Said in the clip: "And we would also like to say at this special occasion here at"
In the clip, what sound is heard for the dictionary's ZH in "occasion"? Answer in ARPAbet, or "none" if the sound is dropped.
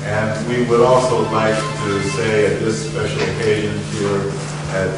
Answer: ZH